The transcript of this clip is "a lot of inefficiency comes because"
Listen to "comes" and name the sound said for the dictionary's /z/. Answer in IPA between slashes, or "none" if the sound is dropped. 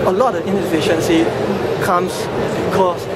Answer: /s/